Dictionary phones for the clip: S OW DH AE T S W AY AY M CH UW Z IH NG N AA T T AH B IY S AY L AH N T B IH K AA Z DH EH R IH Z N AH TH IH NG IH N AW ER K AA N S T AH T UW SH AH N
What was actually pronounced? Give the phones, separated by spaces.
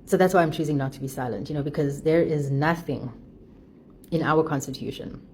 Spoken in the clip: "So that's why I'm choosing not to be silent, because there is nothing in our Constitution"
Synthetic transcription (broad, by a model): S OW DH AE T S W AY AY M CH UW Z IH NG N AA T T AH B IY S AY L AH N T B IH K AA Z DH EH R IH Z N AH TH IH NG IH N AW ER K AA N S T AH T UW SH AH N